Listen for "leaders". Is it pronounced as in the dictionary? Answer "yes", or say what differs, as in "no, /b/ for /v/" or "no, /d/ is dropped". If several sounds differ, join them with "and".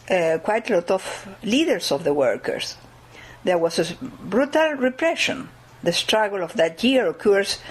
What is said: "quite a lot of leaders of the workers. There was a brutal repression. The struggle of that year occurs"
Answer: no, /s/ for /z/